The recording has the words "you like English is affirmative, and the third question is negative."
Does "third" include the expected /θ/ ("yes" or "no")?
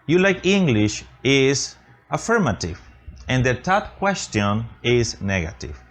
no